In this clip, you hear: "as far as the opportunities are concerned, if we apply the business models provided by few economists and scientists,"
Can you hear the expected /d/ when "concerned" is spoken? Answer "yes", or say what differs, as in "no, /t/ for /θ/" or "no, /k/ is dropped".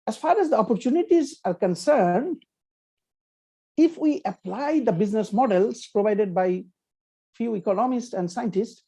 yes